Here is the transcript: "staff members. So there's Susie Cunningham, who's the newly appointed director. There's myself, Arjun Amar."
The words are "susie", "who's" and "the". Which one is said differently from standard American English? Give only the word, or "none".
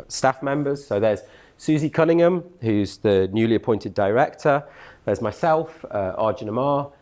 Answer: none